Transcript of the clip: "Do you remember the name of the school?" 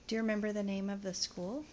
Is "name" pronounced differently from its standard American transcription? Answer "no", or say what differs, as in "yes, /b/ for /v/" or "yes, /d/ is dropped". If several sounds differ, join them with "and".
no